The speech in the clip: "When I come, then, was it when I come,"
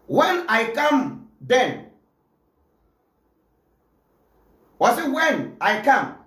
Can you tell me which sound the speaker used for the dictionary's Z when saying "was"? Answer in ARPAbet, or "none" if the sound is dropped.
S